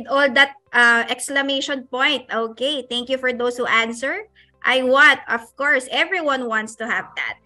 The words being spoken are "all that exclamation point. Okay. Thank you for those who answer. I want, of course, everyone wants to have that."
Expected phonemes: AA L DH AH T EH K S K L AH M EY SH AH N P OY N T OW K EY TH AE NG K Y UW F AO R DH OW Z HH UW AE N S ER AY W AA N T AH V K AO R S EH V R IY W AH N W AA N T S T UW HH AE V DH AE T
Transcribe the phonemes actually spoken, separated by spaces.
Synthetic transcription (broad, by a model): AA L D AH T EH K S K L AH M EY SH AH N P OY N T OW K EY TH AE NG K Y UW F AO R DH OW S HH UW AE N S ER AY W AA T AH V K AO R S EH V R IY W AH N W AA N T S T UW HH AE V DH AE T